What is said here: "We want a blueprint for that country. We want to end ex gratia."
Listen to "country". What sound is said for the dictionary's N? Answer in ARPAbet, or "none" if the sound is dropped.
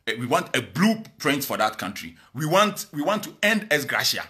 N